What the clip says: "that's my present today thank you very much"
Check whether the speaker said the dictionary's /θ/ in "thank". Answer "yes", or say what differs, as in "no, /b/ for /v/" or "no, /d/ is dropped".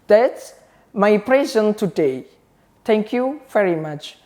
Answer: no, /t/ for /θ/